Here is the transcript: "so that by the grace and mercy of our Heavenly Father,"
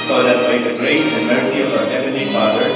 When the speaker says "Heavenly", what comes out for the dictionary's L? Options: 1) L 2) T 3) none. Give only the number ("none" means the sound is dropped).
3